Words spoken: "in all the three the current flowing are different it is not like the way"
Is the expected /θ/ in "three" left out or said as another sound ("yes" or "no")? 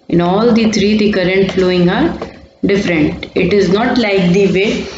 yes